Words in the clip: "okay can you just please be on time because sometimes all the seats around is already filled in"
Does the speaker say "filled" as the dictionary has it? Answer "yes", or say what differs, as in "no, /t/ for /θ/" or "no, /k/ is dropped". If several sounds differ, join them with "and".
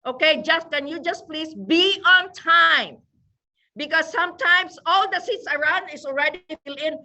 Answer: no, /d/ is dropped